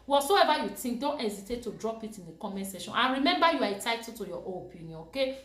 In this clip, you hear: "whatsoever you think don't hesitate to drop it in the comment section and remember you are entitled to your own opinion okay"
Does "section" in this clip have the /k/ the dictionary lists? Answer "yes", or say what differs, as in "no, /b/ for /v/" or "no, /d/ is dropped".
no, /k/ is dropped